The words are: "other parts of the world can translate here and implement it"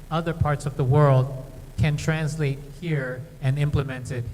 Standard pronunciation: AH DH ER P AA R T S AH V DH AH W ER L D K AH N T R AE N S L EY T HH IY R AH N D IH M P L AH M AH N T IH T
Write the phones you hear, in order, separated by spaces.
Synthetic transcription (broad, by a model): AH DH ER P AA R T S AH V DH AH W ER L D K AH N T R AE N S L EY T HH IY R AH N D IH M P L AH M AH N T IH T